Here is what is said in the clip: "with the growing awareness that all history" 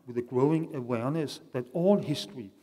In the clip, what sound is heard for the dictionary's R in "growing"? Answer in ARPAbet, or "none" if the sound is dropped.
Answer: R